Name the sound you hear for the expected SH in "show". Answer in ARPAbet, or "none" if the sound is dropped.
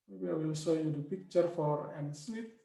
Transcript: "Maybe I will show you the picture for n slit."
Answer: S